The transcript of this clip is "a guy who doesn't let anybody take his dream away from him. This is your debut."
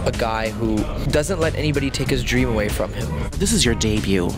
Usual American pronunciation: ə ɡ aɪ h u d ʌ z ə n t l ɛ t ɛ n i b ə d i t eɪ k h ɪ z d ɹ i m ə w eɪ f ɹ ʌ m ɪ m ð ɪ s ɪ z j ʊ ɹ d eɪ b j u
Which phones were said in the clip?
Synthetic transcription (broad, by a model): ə ɡ aɪ h u d ʌ z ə n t l ɛ t ɛ n i b ə d i t eɪ k h ɪ z d ɹ i m ə w eɪ f ɹ ʌ m ɪ m ð ɪ s ɪ z j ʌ ɹ d eɪ b j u